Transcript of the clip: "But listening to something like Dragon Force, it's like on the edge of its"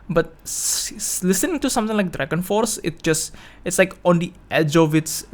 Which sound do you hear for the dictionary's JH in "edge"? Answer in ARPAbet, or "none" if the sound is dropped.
JH